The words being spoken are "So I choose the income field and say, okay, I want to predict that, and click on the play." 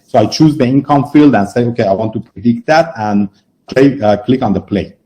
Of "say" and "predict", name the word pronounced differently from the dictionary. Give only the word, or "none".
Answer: none